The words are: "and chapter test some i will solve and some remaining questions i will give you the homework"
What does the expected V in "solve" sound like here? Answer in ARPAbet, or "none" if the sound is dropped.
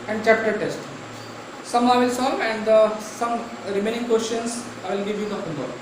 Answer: none